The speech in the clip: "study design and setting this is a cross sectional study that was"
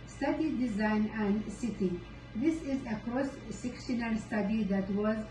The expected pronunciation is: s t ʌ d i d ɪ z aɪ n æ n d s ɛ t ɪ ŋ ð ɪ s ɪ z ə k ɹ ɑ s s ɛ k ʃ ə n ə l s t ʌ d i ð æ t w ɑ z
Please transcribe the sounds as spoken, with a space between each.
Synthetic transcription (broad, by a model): s t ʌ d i d ɪ z aɪ n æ n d s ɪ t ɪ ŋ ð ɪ s ɪ z ə k ɹ ɑ s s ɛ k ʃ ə n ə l s t ʌ d i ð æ t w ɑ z